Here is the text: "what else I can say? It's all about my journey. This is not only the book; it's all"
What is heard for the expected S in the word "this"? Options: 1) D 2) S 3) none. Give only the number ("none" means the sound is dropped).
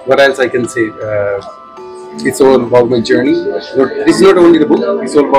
3